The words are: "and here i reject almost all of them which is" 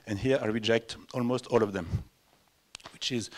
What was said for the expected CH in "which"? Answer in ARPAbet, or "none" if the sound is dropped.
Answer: CH